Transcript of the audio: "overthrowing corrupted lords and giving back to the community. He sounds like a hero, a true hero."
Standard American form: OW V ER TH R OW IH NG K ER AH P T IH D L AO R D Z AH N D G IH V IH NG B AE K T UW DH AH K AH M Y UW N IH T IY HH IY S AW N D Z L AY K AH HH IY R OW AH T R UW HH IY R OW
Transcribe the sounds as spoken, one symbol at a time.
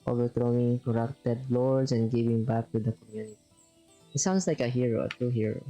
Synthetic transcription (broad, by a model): OW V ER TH R OW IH NG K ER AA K T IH D L AO R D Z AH N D G IH V IH NG B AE K T UW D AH K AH M Y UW N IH T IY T S AW N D S L AY K AH HH IY R OW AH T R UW HH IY R OW